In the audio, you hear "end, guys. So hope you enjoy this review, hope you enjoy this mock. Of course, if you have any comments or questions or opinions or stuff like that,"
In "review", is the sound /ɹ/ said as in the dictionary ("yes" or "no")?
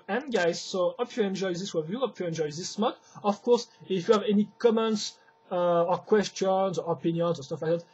no